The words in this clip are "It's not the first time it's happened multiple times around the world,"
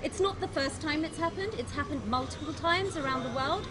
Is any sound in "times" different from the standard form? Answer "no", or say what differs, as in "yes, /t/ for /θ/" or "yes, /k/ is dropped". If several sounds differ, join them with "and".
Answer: no